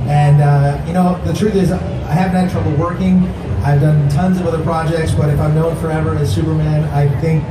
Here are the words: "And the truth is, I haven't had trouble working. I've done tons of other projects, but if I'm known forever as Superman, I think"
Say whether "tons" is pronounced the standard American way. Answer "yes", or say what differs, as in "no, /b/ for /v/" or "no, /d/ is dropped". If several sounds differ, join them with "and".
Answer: yes